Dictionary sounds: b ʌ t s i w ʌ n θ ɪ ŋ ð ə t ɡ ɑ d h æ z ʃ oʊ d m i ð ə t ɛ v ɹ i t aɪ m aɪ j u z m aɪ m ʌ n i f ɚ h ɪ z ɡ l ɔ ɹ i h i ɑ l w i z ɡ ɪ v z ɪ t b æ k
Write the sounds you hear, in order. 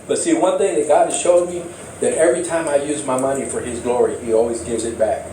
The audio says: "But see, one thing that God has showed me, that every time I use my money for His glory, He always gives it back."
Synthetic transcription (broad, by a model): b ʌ t s i w ʌ n θ ɪ ŋ ð ə t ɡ ɑ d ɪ ʃ oʊ d m i ð ə t ɛ v ɹ i t aɪ m aɪ j u z m aɪ m ʌ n i f ɚ ɪ z ɡ l ɔ ɹ i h i ɑ l w i z ɡ ɪ v z ɪ t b æ k